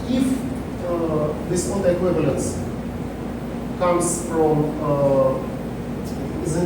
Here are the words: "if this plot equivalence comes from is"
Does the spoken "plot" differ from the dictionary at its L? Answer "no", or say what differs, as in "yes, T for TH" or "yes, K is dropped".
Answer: yes, L is dropped